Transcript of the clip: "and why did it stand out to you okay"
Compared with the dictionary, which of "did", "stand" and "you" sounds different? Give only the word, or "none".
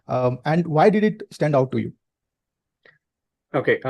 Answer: none